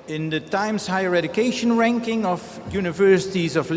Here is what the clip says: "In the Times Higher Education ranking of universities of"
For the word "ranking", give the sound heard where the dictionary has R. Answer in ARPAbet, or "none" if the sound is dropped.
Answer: R